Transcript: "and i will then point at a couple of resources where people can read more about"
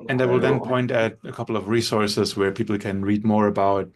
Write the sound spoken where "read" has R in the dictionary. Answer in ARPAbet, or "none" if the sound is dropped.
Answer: R